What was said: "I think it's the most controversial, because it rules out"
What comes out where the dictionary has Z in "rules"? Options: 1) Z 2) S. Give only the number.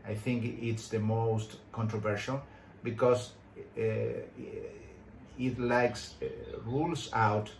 2